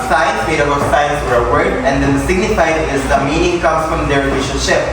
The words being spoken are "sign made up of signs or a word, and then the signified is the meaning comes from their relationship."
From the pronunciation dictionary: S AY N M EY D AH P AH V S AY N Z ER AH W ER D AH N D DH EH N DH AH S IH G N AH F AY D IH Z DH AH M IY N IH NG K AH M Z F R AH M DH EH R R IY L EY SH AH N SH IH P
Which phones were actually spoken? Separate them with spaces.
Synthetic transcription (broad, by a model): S AY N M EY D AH B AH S AY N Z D AH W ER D AH N D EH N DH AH S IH G N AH F AY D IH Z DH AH M IY N IH NG K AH M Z F R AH M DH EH R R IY L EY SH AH N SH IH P